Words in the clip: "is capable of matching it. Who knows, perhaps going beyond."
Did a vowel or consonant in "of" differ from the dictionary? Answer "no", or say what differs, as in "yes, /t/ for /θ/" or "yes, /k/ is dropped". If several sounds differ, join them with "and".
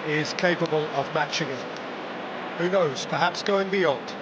no